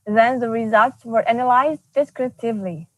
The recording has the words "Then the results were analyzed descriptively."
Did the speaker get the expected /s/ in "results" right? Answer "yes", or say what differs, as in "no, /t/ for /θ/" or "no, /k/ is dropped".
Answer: yes